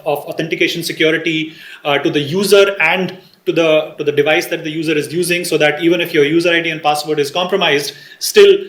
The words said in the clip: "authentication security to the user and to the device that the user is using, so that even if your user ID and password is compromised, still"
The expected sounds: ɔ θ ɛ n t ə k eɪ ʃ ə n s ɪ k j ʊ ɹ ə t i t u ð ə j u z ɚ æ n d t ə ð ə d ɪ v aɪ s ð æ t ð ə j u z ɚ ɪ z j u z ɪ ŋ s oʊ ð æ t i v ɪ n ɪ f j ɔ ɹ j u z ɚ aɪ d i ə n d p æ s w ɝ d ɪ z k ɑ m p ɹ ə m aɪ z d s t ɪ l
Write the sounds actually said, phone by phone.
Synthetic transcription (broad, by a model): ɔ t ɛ n t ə k eɪ ʃ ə n s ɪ k j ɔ ɹ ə t i t u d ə j u z ɚ æ n d t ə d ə d ɪ v aɪ s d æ t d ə j u z ɚ ɪ z j u z ɪ ŋ s oʊ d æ t i v ɪ n ɪ f j ɔ ɹ j u z ɚ aɪ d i ə n d p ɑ s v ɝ d ɪ z k ɑ m p ɹ ə m aɪ z d s t ɪ l